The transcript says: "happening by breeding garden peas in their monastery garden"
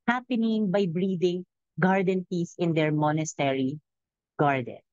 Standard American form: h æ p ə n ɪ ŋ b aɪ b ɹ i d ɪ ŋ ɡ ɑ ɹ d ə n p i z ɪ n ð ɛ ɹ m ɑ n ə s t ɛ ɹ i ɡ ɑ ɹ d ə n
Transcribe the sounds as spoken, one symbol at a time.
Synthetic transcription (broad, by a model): h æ p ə n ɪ ŋ b aɪ b ɹ i d ɪ ŋ ɡ ɑ ɹ d ə n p i s ɪ n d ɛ ɹ m ɑ n ə s t ɛ ɹ i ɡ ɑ ɹ d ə n